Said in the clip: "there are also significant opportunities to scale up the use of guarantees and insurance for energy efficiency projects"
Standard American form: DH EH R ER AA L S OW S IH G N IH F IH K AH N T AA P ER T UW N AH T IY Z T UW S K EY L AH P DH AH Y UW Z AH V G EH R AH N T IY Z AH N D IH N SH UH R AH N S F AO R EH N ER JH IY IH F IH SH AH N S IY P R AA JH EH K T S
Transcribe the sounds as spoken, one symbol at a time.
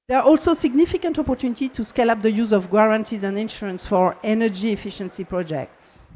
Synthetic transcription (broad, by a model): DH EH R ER AA L S OW S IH G N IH F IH K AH N T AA P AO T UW N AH T IY T UW S K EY L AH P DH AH Y UW Z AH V G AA R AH N T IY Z AH N D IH N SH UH R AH N S F AO R EH N ER JH IY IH F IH SH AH N S IY P R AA JH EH K T S